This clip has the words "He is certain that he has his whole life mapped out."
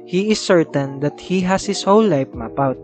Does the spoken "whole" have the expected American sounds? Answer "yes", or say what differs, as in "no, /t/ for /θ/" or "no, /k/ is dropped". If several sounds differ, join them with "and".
no, /w/ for /l/